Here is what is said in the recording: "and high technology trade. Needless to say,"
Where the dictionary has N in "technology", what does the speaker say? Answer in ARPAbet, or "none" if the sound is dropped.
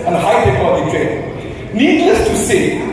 none